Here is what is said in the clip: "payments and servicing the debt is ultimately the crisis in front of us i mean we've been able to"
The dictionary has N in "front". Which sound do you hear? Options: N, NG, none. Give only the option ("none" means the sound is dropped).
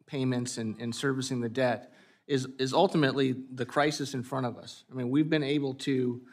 none